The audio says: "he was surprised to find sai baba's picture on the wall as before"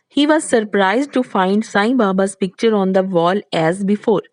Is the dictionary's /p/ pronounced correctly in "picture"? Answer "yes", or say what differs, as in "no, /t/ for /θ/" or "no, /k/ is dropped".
yes